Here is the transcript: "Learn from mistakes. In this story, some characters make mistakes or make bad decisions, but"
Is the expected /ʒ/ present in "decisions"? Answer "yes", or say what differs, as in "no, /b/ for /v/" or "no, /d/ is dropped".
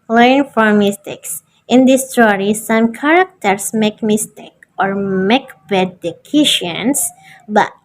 no, /ʃ/ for /ʒ/